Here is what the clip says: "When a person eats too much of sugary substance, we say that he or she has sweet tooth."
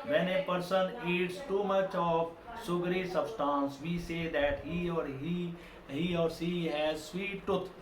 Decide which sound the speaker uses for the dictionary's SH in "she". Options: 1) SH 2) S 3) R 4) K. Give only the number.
2